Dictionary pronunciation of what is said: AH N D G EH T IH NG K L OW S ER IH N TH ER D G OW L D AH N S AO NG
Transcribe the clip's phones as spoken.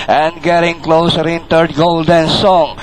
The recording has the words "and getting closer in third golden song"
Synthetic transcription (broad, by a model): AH N D G EH T IH NG K L OW S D IH N T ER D G OW L D AH N S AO NG